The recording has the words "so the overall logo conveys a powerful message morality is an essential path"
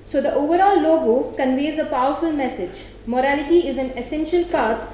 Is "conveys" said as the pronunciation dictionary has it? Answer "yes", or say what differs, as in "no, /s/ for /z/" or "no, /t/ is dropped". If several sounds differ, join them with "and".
yes